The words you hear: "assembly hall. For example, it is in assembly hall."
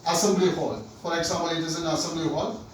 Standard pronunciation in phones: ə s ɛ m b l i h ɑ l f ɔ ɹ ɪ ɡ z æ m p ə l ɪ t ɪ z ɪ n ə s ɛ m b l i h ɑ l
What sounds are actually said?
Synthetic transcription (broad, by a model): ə s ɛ m b l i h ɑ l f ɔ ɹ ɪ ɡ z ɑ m ə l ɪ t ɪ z ɪ n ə s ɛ m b l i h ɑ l